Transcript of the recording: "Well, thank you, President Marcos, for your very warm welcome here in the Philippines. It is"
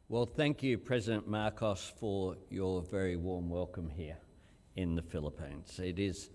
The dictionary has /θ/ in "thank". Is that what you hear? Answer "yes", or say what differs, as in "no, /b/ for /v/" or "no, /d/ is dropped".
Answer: yes